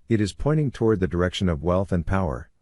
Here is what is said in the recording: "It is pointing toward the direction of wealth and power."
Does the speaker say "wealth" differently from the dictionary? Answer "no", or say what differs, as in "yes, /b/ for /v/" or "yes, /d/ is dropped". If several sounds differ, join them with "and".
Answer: no